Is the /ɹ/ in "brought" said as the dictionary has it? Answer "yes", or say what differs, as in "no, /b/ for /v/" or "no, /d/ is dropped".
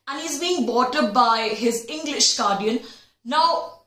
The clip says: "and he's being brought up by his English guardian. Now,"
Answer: no, /ɹ/ is dropped